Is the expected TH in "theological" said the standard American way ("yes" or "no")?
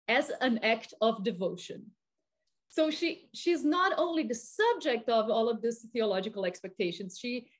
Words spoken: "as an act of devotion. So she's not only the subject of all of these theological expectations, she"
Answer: yes